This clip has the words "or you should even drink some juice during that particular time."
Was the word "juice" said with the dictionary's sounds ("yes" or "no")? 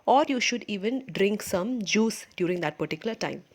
yes